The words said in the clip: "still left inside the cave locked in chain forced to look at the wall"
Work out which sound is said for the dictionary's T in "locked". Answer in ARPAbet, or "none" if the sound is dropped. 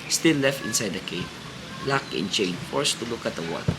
none